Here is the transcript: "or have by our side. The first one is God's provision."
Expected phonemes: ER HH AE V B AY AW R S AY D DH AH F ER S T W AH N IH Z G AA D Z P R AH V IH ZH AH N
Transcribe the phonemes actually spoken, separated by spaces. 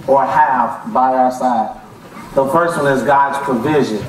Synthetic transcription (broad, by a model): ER HH AE V B AY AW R S AY D DH AH P ER S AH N IH Z G AA D Z P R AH V IH ZH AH N